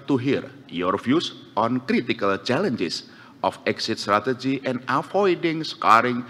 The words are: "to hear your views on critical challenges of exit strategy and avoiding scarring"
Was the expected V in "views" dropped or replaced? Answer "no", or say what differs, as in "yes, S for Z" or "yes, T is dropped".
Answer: yes, F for V